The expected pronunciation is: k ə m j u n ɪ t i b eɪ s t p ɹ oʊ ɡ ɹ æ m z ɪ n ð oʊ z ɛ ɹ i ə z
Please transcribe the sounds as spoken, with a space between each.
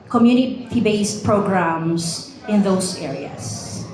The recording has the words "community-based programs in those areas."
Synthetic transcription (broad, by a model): k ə m j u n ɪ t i b eɪ s t p ɹ oʊ ɡ ɹ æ m s ɪ n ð oʊ s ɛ ɹ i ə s